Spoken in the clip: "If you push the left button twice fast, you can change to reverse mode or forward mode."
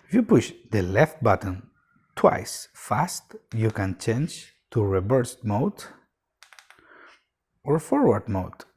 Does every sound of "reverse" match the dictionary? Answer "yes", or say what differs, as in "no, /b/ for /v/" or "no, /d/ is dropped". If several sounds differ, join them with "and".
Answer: no, /b/ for /v/